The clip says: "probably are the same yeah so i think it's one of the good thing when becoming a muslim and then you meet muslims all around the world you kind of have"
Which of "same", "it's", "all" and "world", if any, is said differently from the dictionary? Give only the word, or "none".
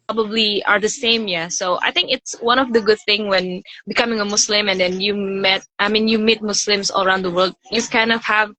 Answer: none